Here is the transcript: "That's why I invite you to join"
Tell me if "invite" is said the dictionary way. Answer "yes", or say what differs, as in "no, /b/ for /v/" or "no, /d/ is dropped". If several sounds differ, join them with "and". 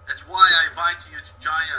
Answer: no, /n/ is dropped